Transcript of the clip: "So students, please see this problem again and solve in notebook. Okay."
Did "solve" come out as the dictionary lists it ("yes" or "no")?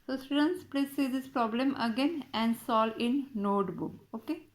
no